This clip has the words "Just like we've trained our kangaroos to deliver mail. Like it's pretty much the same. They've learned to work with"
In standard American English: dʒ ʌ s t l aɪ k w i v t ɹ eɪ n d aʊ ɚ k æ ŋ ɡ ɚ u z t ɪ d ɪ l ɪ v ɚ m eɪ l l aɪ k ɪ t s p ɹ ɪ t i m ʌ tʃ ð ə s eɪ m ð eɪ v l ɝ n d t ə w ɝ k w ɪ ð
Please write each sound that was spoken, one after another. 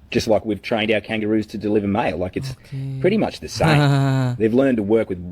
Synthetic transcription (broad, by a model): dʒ ʌ s t l aɪ k w i v t ɹ eɪ n d aʊ ɚ k æ ŋ ɡ ɚ u z t ɪ d ɪ l ɪ v ɚ m eɪ l l aɪ k ɪ t s p ɹ ɪ t i m ʌ tʃ ð ə s eɪ m ð eɪ v l ɝ n t ə w ɝ k w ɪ ð